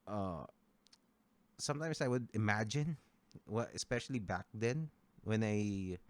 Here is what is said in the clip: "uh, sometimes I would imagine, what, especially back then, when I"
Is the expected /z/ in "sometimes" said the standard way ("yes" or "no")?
no